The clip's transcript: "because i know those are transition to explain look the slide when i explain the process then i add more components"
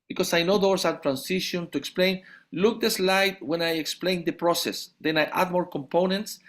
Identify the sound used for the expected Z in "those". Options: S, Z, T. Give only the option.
S